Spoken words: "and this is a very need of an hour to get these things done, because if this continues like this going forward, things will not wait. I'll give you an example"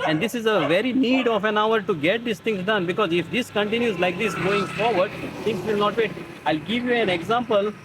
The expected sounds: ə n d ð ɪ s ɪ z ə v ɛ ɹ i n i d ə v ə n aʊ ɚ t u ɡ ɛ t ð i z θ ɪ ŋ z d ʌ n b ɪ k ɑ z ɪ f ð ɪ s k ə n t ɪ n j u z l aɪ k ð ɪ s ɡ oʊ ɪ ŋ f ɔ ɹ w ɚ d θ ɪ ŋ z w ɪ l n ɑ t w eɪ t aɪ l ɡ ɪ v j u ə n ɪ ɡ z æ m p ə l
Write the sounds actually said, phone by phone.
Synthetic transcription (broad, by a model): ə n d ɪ s ɪ z ə v ɛ ɹ i n i d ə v ə n aʊ ɚ t u ɡ ɛ t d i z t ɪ ŋ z d ʌ n b ɪ k ɑ z ɪ f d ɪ s k ə n t ɪ n j u z l aɪ k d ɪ s ɡ oʊ ɪ ŋ f ɔ ɹ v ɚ d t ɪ ŋ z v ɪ l n ɑ t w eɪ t aɪ l ɡ ɪ v j u ə n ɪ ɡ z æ m p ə l